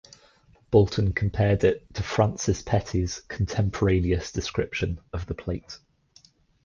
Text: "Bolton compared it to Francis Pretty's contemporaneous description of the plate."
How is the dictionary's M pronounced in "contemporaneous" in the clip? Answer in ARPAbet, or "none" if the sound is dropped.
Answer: M